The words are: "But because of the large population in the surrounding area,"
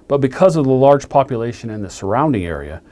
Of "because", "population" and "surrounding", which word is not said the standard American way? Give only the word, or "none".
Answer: none